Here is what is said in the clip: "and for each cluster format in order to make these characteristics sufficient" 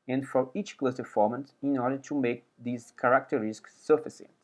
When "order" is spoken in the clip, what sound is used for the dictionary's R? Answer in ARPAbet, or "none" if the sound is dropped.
R